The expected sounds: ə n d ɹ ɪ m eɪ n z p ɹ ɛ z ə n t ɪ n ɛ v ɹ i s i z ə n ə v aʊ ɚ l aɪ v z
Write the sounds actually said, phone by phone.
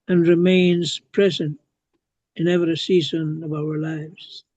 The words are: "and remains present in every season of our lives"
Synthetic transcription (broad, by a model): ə n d ɹ ɪ m eɪ n z p ɹ ɛ z ə n t ɪ n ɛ v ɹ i s i z ə n ə v aʊ ɚ l aɪ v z